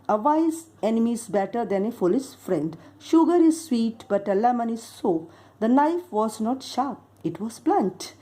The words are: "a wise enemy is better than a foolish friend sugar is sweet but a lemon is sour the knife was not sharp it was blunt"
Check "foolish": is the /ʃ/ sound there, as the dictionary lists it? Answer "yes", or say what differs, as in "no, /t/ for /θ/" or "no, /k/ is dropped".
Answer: no, /s/ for /ʃ/